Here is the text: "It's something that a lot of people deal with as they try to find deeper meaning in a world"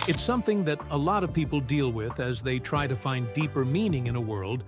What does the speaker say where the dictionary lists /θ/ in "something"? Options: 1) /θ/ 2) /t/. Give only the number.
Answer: 1